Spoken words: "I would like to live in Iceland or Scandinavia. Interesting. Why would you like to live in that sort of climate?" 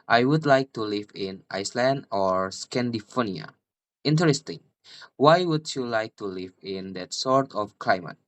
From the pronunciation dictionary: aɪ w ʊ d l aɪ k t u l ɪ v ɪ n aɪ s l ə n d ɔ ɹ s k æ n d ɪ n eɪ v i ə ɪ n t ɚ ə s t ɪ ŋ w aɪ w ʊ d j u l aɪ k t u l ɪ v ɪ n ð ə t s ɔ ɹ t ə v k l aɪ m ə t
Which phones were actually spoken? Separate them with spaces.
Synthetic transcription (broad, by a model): aɪ w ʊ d l aɪ k t u l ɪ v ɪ n aɪ s l ə n d ɔ ɹ s k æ n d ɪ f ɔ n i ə ɪ n t ɚ ə s t ɪ ŋ w aɪ w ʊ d j u l aɪ k t u l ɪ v ɪ n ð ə t s ɔ ɹ t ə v k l aɪ m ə t